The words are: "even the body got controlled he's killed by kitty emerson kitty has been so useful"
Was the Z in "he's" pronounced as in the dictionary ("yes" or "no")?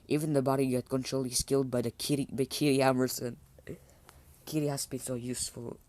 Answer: no